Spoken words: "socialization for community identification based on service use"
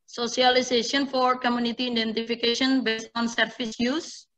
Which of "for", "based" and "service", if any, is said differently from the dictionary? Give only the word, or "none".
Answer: service